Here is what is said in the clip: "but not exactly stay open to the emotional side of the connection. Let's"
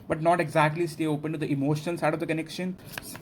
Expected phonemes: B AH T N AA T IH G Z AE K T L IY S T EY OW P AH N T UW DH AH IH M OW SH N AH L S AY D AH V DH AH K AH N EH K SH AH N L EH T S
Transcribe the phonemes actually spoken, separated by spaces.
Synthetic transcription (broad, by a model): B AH T N AA T IH G Z AE K T L IY S T EY OW P AH N T UW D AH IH M OW SH AH N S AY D AH V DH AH K AH N EH K SH AH N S